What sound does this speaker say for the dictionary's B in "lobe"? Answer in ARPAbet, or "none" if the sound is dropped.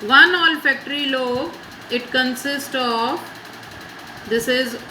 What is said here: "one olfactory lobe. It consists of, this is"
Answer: none